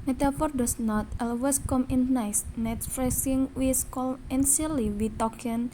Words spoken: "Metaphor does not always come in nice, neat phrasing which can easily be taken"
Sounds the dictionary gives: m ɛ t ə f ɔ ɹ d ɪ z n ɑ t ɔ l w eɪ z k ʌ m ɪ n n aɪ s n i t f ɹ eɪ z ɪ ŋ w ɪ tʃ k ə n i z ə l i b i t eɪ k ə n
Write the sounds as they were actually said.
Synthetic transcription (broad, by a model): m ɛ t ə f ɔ ɹ d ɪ s n ɑ t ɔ l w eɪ s k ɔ m ɪ n n aɪ s n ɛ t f ɹ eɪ s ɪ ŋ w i s k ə l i s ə l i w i t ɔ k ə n